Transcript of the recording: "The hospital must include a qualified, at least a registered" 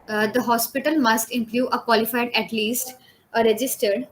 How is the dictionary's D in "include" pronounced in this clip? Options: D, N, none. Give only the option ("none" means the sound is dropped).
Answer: none